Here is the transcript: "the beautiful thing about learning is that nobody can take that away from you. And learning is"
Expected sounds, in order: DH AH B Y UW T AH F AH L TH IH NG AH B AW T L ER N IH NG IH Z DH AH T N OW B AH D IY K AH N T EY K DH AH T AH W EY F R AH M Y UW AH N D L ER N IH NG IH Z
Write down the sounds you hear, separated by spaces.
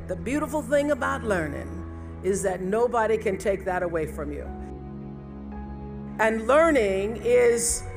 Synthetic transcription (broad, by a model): DH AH B Y UW T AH F L TH IH NG AH B AW T L ER N IH NG IH Z DH AH T N OW B AH D IY K AH N T EY K DH AH T AH W EY F R AH M Y UW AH N L ER N IH NG IH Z